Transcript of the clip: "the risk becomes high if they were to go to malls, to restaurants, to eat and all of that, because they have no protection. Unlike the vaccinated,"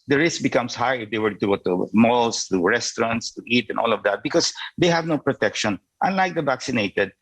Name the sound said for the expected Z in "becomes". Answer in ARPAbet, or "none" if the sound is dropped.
S